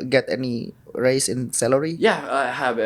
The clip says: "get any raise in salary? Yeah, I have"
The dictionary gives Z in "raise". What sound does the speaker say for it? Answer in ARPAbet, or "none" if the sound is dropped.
S